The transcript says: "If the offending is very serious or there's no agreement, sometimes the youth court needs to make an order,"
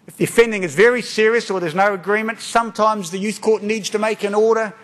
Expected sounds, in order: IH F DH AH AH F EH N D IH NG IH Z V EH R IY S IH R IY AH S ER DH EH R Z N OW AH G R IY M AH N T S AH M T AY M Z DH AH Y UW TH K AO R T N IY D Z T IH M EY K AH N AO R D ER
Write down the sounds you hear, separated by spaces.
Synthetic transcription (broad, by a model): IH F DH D AH F EH N D IH NG IH Z V EH R IY S IH R IY AH S ER DH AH R Z N OW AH G R IY M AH N T S AH M T AY M Z DH AH Y UW TH K AO R T N IY D Z T IH M EY K AH N AO R D ER